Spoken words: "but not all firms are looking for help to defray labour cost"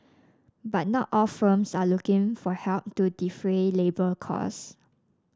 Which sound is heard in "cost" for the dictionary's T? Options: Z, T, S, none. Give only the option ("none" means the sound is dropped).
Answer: none